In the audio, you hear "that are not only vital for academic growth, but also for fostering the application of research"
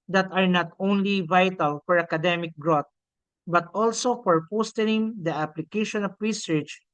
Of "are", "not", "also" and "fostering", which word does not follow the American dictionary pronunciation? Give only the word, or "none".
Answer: fostering